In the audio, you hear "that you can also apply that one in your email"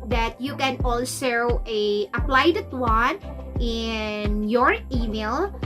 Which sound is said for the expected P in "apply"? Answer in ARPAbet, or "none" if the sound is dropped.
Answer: P